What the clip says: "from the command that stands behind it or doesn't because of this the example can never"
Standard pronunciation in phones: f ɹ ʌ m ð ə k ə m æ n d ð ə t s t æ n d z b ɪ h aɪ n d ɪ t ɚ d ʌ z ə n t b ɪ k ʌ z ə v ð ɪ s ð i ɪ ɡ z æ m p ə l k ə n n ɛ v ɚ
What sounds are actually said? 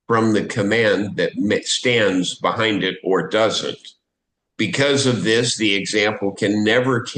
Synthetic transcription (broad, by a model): f ɹ ʌ m ð ə k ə m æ n ð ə t s t æ n d z b ɪ h aɪ n d ɪ t ɚ d ʌ z ə n t b ɪ k ʌ z ə v ð ɪ s ð i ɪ ɡ z æ m p l k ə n n ɛ v ɚ